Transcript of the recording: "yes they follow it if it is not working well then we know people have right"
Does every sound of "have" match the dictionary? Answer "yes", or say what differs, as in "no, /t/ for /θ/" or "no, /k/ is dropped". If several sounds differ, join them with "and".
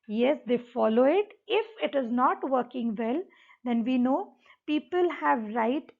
yes